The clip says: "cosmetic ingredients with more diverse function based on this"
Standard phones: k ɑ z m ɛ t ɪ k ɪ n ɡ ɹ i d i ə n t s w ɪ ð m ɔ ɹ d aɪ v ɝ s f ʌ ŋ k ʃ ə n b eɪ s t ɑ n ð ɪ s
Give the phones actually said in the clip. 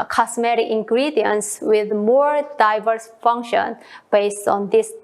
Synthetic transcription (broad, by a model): k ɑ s m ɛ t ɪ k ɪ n ɡ ɹ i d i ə n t s w ɪ ð m ɔ ɹ d aɪ v ɝ s f ʌ ŋ k ʃ ə n b eɪ s t ɑ n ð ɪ s